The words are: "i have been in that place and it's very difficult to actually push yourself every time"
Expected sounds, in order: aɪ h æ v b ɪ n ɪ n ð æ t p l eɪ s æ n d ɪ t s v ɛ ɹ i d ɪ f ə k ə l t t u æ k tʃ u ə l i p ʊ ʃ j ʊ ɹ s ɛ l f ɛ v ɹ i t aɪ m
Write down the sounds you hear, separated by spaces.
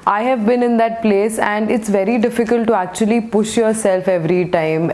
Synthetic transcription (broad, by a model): aɪ h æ v b ɪ n ɪ n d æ t p l eɪ s æ n d ɪ t s v ɛ ɹ i d ɪ f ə k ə l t t u æ k tʃ u ə l i p ʊ ʃ j ʊ ɹ s ɛ l f ɛ v ɹ i t aɪ m